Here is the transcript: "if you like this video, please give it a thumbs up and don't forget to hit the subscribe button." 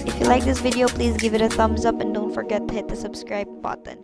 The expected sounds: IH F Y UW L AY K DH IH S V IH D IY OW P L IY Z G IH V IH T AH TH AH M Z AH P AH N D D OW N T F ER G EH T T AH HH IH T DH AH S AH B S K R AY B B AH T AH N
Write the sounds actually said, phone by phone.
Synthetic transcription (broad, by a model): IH F Y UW L AY K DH IH S V IH D IY OW P L IY Z G IH V IH T AH TH AH M Z AH P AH N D D OW N T F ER G EH T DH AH HH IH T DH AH S AH B S K R AY B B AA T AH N